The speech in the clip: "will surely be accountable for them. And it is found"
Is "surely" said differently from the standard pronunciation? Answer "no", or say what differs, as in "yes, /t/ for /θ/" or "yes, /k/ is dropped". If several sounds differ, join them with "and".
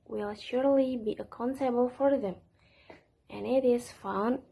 no